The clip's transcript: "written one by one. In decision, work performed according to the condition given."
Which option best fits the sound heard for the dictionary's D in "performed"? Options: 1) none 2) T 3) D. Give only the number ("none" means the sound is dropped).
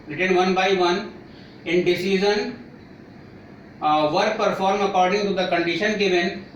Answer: 1